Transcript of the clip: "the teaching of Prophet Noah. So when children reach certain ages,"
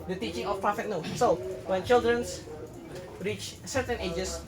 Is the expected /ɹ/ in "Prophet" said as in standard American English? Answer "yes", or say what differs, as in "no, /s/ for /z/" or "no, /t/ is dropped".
no, /ɹ/ is dropped